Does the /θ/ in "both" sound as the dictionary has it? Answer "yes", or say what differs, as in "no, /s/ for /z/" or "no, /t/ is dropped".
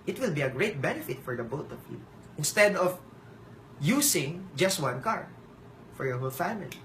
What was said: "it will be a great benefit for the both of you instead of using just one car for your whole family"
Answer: no, /t/ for /θ/